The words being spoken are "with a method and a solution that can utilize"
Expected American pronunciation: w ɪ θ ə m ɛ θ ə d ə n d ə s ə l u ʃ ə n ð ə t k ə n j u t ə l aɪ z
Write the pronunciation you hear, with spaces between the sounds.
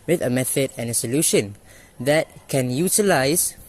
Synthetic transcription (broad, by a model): w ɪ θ ə m ɛ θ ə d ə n ə s ə l u ʃ ə n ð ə t k ə n j u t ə l aɪ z